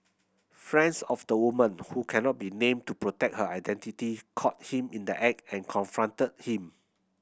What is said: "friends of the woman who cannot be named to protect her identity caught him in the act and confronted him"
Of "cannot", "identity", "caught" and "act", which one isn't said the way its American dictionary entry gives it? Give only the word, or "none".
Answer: act